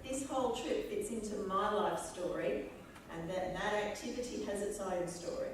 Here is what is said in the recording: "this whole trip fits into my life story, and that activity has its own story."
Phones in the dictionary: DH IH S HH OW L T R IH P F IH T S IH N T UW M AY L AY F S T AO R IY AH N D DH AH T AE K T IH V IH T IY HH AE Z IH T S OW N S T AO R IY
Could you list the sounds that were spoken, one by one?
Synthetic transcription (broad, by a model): DH IH S HH OW L T R IH P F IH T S IH N T UW M AY L AY F S T AO R IY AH N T DH AH T AE K T IH V IH T IY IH Z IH T S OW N S T AO R IY